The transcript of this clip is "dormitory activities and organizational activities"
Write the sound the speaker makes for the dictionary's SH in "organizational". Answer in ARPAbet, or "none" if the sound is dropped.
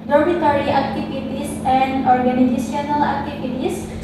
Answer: S